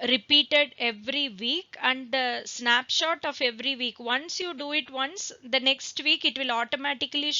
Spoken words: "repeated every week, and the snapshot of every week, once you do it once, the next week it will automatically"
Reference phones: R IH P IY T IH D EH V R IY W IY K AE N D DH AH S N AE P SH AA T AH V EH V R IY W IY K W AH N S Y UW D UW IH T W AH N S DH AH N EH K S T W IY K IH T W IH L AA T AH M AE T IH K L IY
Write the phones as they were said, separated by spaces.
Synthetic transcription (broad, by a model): R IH P IY T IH D EH V R IY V IY K AE N D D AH S N AE P SH AA T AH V EH V R IY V IY K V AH N S Y UW D UW IH T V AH N S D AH N EH K S T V IY K IH T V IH L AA T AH M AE T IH K L IY